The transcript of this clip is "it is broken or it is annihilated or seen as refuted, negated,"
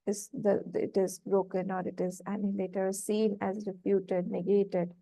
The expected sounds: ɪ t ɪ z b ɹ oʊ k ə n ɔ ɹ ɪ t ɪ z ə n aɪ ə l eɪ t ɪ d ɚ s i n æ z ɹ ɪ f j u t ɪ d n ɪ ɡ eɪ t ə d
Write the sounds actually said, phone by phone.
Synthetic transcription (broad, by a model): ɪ t ɪ z b ɹ oʊ k ə n ɔ ɹ ɪ t ɪ z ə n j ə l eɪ t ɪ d s i n æ z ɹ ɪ p j u t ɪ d n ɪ ɡ eɪ t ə d